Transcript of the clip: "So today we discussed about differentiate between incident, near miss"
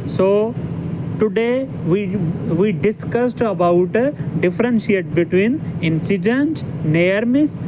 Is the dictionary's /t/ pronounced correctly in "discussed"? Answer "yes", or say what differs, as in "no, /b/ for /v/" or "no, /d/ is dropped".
yes